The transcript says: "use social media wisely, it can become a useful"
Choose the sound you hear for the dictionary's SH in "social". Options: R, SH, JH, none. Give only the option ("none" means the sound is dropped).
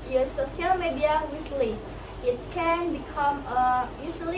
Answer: none